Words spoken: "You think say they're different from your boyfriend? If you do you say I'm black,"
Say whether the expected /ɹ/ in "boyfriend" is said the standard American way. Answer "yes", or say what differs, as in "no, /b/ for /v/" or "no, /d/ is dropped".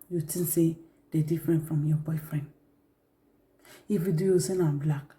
yes